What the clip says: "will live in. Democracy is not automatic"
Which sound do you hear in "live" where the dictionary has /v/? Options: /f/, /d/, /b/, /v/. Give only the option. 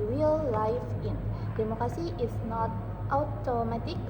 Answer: /f/